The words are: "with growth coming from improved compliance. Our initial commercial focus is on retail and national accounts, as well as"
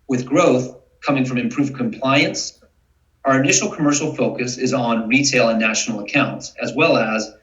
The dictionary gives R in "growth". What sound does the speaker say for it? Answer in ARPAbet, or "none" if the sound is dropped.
R